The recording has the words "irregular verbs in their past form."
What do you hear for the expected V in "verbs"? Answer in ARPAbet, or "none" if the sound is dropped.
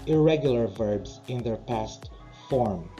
V